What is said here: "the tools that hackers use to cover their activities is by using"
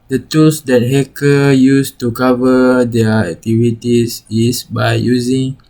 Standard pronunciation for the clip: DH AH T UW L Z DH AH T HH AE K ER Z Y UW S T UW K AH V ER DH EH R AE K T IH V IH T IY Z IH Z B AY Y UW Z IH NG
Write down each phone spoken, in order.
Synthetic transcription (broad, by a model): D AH T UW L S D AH T HH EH K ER Y UW S T UW K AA V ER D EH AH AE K T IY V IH T IY S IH S B AY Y UW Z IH NG